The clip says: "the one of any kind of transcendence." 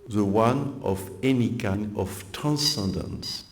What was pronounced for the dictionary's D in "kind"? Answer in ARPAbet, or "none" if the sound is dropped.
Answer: none